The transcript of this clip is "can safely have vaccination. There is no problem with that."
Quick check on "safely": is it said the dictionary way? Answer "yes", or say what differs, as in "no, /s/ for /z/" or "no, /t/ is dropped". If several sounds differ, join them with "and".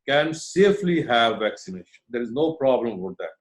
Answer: yes